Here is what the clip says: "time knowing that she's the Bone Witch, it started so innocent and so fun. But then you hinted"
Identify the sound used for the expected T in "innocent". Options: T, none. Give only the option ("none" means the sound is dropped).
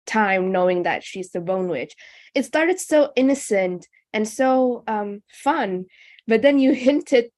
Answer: T